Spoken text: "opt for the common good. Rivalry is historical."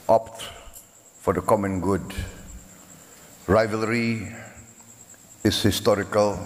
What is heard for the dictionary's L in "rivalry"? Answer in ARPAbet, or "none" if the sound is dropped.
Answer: L